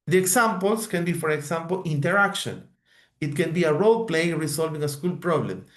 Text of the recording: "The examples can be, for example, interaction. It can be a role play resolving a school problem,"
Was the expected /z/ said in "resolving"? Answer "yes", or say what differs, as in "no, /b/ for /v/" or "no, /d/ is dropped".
no, /s/ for /z/